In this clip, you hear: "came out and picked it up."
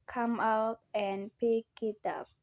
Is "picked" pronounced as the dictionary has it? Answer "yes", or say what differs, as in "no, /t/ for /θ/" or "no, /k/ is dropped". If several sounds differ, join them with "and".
no, /t/ is dropped